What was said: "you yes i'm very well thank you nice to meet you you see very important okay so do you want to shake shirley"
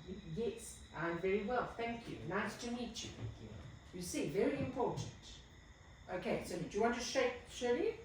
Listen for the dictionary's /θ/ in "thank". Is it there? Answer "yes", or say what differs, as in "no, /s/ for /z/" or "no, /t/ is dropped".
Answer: yes